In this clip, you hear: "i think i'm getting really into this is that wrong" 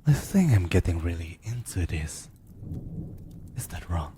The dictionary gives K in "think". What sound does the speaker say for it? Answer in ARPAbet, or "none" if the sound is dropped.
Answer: none